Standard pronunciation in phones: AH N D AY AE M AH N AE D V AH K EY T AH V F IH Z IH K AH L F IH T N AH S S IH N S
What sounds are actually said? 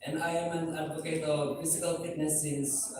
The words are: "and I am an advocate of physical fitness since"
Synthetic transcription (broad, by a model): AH N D AY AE M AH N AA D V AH K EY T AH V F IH S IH K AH L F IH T N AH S S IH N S